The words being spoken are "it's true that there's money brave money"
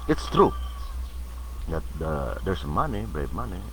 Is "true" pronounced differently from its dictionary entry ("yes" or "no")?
no